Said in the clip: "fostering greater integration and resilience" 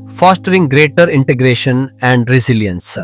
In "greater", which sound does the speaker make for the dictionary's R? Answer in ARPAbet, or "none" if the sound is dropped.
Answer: R